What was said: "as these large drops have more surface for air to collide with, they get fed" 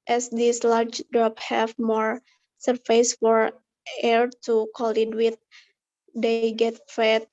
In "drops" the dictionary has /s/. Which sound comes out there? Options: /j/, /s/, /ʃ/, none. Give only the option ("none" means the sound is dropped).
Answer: none